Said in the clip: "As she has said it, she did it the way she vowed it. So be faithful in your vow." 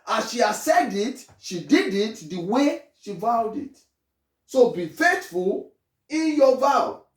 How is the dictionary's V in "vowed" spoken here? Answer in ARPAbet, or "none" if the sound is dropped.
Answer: V